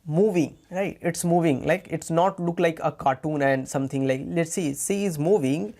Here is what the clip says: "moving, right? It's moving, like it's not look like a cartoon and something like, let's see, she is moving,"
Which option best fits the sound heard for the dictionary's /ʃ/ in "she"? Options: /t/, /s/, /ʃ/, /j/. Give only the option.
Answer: /s/